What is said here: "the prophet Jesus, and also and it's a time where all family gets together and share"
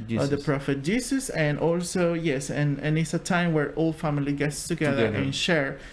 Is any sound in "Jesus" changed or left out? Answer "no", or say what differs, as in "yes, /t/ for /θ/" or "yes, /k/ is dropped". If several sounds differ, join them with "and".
yes, /s/ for /z/